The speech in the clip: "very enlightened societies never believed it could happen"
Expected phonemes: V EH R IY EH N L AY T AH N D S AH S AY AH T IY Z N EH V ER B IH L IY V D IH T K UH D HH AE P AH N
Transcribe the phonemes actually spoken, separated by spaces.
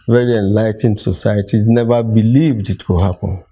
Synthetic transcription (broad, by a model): V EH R IY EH N L AY T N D S AH S AY AH T IY Z N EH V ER B IH L IY V D IH T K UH HH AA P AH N